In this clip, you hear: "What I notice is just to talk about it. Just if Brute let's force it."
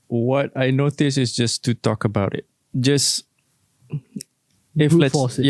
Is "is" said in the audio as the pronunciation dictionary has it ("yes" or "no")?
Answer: no